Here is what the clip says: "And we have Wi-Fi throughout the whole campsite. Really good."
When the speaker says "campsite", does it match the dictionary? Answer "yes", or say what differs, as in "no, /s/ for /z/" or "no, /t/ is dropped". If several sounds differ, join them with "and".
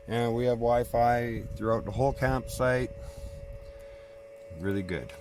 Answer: yes